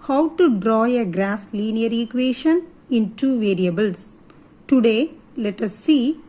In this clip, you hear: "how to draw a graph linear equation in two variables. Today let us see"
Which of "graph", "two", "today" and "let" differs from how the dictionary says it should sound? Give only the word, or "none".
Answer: none